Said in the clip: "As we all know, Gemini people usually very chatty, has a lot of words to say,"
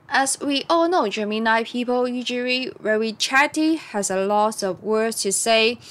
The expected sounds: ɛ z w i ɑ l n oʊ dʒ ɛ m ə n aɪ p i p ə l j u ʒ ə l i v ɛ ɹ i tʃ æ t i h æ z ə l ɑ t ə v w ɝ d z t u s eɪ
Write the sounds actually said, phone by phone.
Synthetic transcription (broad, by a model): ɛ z w i ɑ l n oʊ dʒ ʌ m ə n aɪ p i p ə l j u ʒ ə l i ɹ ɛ w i tʃ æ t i h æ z ə l ɑ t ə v w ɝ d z t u s eɪ